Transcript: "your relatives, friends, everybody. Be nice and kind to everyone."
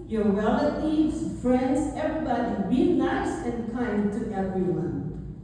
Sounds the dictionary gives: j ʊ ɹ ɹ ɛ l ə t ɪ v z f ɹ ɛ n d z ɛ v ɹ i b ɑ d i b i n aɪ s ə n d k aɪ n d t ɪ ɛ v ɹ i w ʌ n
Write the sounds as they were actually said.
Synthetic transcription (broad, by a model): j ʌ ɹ w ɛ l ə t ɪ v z f ɹ ɛ n d z ɛ v ɹ i b ɑ d i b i n aɪ s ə n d k aɪ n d t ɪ ɛ v ɹ i w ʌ n